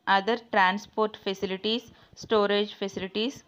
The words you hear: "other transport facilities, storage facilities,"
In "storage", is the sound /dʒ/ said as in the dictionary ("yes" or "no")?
yes